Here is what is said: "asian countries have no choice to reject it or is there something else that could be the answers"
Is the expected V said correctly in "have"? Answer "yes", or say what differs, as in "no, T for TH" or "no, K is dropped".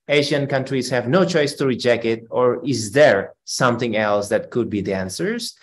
yes